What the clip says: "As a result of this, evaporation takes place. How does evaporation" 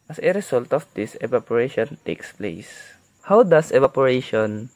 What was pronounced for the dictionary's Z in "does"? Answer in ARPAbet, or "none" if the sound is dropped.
S